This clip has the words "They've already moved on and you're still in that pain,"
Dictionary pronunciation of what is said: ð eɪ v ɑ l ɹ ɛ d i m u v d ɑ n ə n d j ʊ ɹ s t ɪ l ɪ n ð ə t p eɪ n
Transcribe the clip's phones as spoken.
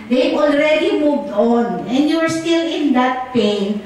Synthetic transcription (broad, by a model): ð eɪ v ɑ l ɹ ɛ d i m u v d ɑ n ə n d j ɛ ɹ s t ɪ l ɪ n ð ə t p eɪ n